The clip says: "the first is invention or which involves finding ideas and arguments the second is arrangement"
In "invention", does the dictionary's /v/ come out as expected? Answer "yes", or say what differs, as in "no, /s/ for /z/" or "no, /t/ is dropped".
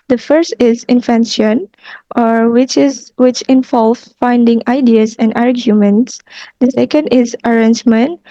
no, /f/ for /v/